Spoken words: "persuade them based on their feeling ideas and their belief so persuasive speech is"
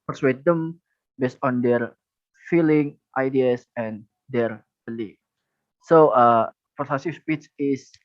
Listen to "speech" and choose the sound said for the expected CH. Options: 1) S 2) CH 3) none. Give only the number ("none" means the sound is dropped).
1